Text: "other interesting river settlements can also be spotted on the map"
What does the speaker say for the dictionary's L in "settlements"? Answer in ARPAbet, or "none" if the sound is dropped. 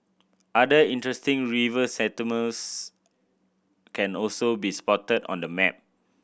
none